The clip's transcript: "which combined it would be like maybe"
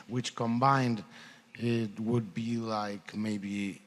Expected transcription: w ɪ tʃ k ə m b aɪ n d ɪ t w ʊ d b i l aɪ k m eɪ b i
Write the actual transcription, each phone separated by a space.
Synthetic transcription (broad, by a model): w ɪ tʃ k ə m b aɪ n d ɪ t w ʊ d b i l aɪ k m eɪ b i